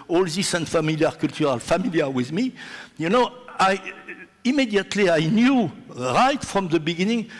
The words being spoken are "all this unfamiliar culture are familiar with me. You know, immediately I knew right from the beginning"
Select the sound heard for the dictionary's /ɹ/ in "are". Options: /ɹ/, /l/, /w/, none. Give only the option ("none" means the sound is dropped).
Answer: /l/